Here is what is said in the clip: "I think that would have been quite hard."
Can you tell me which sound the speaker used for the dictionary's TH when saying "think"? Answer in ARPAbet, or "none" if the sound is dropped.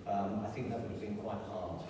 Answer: TH